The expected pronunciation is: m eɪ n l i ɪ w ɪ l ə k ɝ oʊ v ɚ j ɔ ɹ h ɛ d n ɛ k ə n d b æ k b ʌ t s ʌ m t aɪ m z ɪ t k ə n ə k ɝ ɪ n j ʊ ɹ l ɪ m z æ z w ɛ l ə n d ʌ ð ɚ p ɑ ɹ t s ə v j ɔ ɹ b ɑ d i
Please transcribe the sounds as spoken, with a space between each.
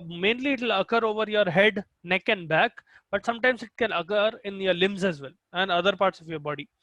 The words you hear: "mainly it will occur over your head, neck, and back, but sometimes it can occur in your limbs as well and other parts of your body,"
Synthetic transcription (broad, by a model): m eɪ n l i ɪ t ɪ l ə k ɝ oʊ v ɚ j ɔ ɹ h ɛ d n ɛ k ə n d b æ k b ʌ t s ʌ m t aɪ m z ɪ t k ə n ə k ɝ ɪ n j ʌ ɹ l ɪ m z æ z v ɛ l ə n d ʌ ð ɚ p ɑ ɹ t s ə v j ɔ ɹ b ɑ d i